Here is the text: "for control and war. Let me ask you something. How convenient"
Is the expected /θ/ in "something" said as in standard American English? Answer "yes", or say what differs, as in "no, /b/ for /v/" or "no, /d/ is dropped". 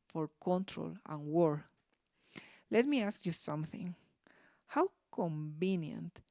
yes